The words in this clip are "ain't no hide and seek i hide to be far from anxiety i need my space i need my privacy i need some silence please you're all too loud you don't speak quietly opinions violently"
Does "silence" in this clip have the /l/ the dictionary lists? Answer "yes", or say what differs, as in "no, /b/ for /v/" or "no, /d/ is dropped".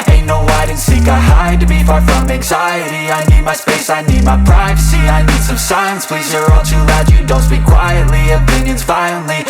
no, /l/ is dropped